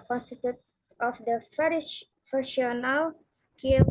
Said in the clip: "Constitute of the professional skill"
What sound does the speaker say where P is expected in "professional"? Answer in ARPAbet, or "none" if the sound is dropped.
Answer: F